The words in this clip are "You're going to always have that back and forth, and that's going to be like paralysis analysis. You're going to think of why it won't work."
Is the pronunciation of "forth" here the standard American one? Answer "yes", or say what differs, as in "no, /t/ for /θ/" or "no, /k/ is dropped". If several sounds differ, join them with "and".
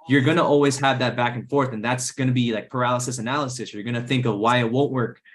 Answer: yes